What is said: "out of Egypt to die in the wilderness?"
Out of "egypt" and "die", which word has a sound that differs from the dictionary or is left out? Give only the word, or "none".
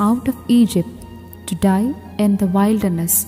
none